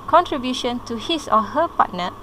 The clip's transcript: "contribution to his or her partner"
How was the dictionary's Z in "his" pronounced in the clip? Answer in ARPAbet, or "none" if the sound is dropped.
S